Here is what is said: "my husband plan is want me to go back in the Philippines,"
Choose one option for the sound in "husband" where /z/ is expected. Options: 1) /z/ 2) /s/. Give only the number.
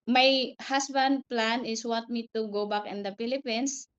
2